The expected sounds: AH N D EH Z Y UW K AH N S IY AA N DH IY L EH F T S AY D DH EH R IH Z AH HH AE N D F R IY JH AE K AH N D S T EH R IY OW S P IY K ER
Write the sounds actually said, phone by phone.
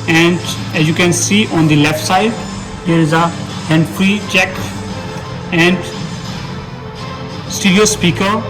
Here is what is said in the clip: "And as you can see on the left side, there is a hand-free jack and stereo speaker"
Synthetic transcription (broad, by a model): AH N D EH Z Y UW K AH N S IY AA N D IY L EH F T S AY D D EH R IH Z AH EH N D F R IY CH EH K AH N D S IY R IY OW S P IY K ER